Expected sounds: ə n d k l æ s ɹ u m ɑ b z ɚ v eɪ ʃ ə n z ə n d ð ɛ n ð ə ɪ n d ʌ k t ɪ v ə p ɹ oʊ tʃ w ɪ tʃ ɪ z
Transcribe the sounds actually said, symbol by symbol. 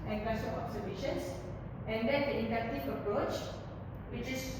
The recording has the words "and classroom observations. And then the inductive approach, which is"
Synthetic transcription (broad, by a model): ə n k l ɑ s ɔ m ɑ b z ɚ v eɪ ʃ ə n s ə n d ɛ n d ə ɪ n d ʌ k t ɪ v ə p ɹ oʊ tʃ w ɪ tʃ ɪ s